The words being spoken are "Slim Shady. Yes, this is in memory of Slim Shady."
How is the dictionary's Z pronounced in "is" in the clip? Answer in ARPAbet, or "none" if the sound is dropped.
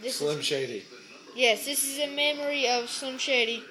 Z